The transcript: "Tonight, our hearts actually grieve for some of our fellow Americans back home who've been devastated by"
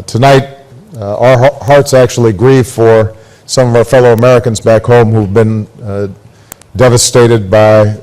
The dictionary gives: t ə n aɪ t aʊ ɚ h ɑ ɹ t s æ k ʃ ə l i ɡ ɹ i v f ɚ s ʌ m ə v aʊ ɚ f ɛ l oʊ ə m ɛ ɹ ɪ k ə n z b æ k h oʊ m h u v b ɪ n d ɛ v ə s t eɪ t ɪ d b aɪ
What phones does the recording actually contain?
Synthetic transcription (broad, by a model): t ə n aɪ t aʊ ɚ h ɑ ɹ t s æ k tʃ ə l i ɡ ɹ i v f ɚ s ʌ m ə v aʊ ɚ f ɛ l oʊ ə m ɛ ɹ ɪ k ə n z b æ k h oʊ m h u v b ɪ n d ɛ v ə s t eɪ t ɪ d b aɪ